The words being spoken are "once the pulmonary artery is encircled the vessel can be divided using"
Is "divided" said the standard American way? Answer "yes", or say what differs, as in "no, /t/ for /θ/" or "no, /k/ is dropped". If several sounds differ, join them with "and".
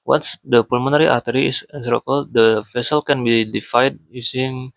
no, /f/ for /v/